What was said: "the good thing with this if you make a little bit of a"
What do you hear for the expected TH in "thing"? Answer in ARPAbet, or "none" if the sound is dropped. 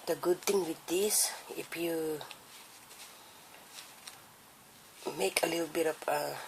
T